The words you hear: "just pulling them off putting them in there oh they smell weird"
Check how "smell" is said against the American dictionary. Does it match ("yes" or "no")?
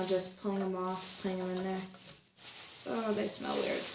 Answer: yes